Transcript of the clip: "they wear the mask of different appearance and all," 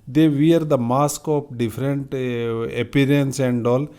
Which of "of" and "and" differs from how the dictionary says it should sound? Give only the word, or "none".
of